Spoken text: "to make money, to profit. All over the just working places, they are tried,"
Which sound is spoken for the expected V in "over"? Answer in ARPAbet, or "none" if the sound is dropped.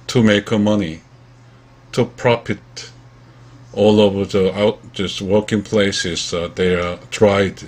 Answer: V